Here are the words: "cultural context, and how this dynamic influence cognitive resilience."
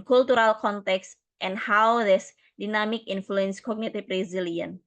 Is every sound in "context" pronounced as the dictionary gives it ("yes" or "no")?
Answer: yes